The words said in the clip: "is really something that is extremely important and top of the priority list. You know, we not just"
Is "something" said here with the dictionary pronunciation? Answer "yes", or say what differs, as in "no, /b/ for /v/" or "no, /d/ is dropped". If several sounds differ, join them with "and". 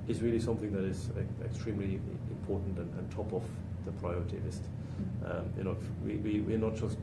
yes